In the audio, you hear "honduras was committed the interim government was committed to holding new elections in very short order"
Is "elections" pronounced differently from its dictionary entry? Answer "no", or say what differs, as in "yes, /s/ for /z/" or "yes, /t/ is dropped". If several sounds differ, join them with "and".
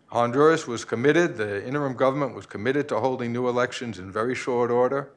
no